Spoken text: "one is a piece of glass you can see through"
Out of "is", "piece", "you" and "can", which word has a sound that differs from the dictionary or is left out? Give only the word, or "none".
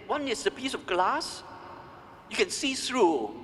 is